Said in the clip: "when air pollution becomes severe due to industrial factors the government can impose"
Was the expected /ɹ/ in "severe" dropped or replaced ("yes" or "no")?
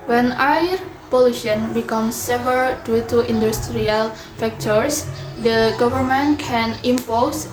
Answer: yes